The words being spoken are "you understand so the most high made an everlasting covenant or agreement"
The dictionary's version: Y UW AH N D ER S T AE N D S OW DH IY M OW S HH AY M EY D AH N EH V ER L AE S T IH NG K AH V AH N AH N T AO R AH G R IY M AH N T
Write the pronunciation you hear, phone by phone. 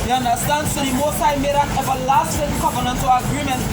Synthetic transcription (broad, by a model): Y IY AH N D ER S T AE N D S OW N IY M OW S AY M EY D AH N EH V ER L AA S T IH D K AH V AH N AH N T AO L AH G R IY M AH N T